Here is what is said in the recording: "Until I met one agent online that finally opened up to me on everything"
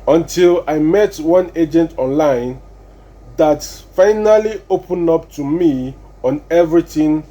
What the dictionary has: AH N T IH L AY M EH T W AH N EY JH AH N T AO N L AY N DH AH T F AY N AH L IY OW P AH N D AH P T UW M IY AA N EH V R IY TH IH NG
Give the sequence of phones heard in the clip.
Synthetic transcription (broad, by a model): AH N T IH L AY M EH T W AH N EY JH AH N T AO N L AY N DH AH T F AY N AH L IY OW P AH N AH P T UW M IY AA N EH V R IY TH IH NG